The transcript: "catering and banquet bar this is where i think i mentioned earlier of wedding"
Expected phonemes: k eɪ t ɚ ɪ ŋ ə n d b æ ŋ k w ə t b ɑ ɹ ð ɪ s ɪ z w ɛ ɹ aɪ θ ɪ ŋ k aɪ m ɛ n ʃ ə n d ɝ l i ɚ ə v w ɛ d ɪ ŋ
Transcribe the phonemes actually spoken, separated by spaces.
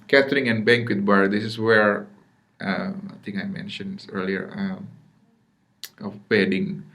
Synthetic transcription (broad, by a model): k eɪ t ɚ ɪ ŋ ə n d b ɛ ŋ k w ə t b ɑ ɹ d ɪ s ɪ s w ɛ ɹ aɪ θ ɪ ŋ aɪ m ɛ n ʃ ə n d ɝ l i ɚ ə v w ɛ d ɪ ŋ